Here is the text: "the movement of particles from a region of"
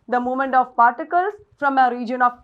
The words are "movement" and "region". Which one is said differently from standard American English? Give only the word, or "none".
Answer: movement